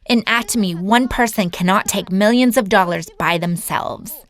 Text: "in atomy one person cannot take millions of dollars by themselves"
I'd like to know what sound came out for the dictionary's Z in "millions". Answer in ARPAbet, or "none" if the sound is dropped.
Z